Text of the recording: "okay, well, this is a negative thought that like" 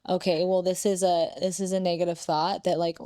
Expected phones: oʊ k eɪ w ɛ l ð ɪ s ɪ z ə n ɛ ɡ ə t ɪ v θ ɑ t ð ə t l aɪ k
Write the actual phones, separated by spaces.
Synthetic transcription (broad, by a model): oʊ k eɪ w ɛ l ð ɪ s ɪ z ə n ɛ ɡ ə t ɪ v θ ɑ t ð ə t l aɪ k